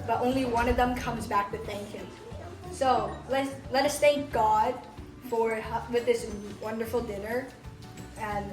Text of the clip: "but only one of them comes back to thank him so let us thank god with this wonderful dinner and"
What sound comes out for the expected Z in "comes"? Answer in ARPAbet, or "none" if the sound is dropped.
Z